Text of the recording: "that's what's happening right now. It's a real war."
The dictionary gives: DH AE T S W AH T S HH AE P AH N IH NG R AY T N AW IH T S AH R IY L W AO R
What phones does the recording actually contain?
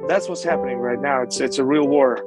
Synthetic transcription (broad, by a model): DH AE T S W AH T S HH AE P AH N IH NG R AY T N AW IH T S AH R IY L W AO R